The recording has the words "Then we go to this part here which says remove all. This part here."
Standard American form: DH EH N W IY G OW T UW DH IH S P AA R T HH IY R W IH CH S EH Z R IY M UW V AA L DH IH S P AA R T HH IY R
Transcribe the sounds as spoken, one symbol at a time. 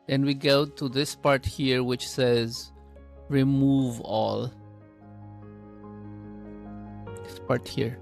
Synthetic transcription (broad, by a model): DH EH N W IY G OW T UW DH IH S P AA R T HH IY R W IH CH S EH Z R IY M UW V AA L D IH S P AA R T HH IY R